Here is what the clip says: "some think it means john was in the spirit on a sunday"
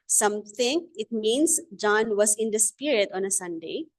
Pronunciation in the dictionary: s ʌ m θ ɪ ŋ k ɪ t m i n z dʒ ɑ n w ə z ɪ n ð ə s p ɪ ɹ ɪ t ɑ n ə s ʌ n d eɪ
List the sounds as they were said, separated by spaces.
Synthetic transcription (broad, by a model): s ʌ m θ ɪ ŋ ɪ t m i n s dʒ ɑ n w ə s ɪ n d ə s p ɪ ɹ ɪ t ɑ n ə s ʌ n d eɪ